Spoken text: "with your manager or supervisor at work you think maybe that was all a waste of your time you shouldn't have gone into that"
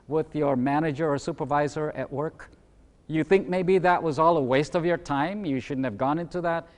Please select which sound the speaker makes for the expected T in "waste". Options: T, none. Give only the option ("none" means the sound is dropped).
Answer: T